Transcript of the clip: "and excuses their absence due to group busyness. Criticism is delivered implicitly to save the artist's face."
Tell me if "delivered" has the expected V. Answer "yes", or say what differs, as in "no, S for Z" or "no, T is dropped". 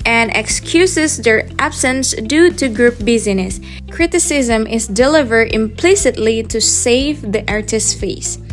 yes